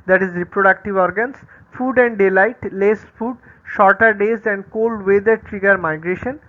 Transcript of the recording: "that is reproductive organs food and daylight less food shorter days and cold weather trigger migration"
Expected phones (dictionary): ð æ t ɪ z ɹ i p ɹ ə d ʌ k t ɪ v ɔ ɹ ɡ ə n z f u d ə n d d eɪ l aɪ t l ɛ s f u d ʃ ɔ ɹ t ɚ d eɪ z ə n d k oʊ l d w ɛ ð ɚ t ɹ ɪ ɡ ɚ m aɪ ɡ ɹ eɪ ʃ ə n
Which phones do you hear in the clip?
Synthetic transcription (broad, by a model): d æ t ɪ z ɹ i p ɹ ə d ʌ k t ɪ v ɔ ɹ ɡ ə n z f u d ə n d d eɪ l aɪ t l ɛ s f u d ʃ ɔ ɹ t ɚ d eɪ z ə n d k oʊ l d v ɛ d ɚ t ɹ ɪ ɡ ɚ m aɪ ɡ ɹ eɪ ʃ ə n